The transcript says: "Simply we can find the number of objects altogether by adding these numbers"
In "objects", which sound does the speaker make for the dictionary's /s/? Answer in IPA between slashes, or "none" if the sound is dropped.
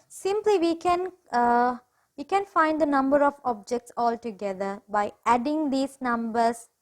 /s/